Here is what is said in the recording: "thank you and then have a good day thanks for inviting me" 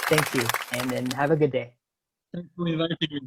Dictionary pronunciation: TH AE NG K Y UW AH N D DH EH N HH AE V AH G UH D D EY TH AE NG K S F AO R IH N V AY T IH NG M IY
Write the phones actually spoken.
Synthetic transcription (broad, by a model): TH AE NG K Y UW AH N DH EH N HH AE V AH G UH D D EY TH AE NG K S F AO L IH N V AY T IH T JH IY